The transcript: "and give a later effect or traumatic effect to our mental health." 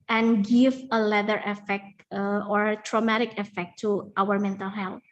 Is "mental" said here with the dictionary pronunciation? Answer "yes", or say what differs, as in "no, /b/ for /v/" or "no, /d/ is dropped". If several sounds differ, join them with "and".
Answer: yes